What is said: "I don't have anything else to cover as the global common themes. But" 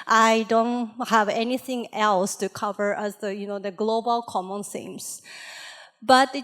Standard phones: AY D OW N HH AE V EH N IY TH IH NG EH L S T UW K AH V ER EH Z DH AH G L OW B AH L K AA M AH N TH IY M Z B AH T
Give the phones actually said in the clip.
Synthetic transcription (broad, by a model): AY D OW N HH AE V EH N IY TH IH NG EH L S T UW K AH V ER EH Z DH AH G L OW B AH L K AA M AH N S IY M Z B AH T